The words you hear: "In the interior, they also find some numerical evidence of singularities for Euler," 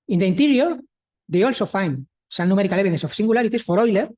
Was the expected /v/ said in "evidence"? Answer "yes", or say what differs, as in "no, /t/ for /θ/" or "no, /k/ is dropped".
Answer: no, /v/ is dropped